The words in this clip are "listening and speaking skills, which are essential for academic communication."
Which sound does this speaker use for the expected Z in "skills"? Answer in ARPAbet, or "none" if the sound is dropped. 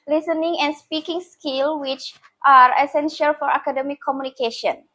none